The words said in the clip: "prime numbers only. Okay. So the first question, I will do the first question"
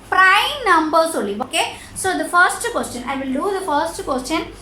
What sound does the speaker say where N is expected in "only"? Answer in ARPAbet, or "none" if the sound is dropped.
none